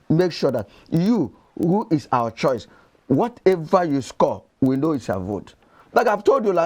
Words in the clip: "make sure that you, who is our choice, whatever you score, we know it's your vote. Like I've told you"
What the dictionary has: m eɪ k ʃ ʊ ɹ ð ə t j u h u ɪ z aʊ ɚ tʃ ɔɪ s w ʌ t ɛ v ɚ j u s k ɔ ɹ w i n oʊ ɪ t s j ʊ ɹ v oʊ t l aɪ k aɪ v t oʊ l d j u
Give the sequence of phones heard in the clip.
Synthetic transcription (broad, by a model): m eɪ k ʃ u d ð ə t j u h u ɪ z aʊ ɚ tʃ ɔɪ s w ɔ t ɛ v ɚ j u s k ɔ w i n oʊ ɪ t s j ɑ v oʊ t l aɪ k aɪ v t oʊ l d j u